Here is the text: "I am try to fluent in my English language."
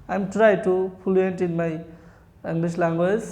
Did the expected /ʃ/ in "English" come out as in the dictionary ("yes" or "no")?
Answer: no